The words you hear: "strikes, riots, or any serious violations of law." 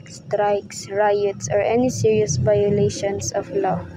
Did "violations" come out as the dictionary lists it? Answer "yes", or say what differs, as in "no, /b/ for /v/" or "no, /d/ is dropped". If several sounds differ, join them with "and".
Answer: no, /s/ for /z/